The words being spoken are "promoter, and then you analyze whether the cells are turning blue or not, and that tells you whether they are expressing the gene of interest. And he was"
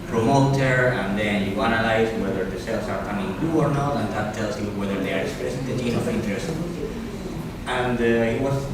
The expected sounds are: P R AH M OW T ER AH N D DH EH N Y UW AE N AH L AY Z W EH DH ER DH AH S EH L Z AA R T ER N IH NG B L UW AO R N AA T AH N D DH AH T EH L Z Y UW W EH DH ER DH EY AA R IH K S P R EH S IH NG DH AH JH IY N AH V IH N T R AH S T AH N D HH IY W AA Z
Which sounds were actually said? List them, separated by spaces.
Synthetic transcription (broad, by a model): P R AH M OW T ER AH N D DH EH N Y UW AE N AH L AY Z W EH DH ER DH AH S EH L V AA R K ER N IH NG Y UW AO R N AA T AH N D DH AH T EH L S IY W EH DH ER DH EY AA R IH S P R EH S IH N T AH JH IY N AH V IH N T R AH S T AH N D HH IY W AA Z